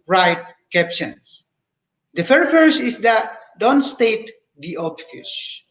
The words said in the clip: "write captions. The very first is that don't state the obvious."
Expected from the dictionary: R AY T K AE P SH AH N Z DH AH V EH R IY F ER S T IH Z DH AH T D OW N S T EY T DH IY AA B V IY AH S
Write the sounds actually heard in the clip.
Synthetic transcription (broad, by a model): R AY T K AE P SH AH N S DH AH F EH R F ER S IH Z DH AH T D OW N S T EY T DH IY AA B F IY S